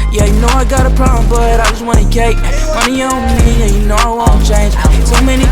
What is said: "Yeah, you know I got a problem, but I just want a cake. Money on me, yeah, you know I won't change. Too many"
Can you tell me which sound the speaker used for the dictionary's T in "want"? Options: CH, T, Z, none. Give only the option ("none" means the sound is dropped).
none